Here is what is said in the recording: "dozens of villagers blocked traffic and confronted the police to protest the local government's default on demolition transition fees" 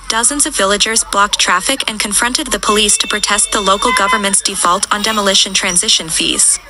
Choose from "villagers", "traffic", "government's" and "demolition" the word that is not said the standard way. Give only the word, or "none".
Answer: none